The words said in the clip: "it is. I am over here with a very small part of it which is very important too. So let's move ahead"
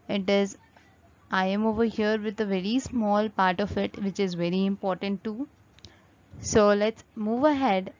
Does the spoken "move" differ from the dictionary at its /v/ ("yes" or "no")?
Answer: no